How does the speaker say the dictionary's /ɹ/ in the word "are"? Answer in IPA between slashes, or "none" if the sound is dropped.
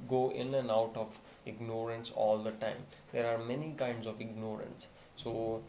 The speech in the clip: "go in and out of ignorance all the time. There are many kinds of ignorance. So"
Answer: /ɹ/